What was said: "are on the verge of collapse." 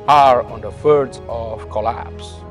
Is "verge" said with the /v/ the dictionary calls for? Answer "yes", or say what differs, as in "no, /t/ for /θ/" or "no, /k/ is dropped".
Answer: no, /f/ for /v/